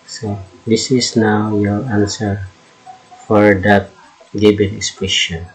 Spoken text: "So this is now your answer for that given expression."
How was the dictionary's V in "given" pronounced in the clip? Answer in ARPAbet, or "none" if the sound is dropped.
B